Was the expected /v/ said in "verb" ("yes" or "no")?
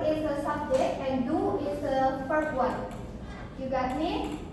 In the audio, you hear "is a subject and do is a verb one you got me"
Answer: no